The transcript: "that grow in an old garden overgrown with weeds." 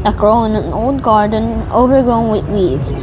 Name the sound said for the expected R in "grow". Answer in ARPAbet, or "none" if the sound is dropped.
R